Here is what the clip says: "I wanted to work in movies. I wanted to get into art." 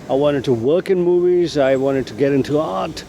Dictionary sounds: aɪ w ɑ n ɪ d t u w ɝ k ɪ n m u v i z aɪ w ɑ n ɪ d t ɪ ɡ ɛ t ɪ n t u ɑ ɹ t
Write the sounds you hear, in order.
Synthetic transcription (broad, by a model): aɪ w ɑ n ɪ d t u w ɝ k ɪ n m u v i z aɪ w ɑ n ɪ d t ɪ ɡ ɛ t ɪ n t u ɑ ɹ t